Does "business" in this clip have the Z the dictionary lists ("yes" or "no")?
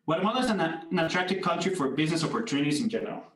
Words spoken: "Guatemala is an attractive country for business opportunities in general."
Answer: yes